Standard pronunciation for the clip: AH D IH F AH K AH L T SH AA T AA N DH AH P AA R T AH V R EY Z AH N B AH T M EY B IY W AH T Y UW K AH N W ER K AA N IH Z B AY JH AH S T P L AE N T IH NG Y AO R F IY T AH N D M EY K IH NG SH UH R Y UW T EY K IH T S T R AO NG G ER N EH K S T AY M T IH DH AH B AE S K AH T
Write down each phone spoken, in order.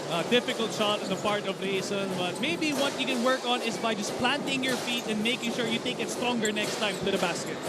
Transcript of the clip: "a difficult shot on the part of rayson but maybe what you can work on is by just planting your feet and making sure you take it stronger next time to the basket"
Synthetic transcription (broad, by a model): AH D IH F AH K AH L T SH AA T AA N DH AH P AA R T AH V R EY S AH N B AH T M EY B IY W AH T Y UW K AH N W ER K AA N IH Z B AY JH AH S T P L AE N T IH NG Y AO R F IY T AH N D M EY K IH NG SH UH R Y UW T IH K IH T S T R AO NG G ER N EH K S T AY M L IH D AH B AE S K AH T